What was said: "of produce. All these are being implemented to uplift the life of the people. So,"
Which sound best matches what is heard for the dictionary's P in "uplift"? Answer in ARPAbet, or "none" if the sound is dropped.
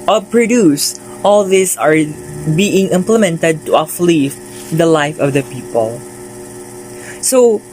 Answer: F